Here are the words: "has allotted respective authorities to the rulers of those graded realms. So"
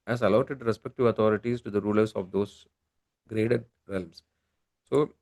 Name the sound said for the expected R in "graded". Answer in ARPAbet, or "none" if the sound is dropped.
R